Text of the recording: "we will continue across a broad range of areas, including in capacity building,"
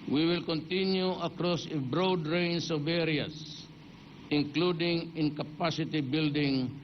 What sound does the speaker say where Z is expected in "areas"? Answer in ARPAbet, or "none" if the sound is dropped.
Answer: S